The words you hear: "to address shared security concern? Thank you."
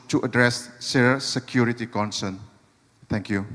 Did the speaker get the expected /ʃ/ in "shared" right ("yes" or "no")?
no